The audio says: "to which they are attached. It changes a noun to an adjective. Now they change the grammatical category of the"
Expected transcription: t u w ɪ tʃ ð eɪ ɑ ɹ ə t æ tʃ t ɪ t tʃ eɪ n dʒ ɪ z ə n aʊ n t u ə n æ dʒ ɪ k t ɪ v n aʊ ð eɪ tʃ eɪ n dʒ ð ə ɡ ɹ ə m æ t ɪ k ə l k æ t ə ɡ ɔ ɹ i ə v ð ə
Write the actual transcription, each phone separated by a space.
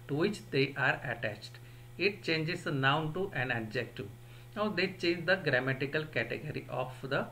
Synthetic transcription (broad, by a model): t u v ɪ tʃ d eɪ ɑ ɹ ə t æ tʃ t ɪ t tʃ eɪ n dʒ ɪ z n aʊ n t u ə n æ dʒ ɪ k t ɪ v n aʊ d eɪ tʃ eɪ n dʒ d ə ɡ ɹ ə m æ t ɪ k ə l k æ t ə ɡ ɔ ɹ i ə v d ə